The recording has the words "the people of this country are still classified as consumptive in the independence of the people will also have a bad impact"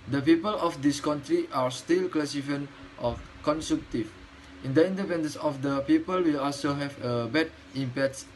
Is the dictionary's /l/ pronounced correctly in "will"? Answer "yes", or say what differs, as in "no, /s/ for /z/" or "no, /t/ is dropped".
yes